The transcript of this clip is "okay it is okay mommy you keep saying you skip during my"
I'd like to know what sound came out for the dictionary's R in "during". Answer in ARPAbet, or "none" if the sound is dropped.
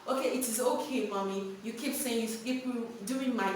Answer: none